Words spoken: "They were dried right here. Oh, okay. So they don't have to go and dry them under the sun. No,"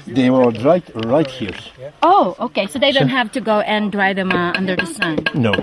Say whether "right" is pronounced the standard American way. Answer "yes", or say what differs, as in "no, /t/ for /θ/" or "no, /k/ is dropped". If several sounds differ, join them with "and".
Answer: yes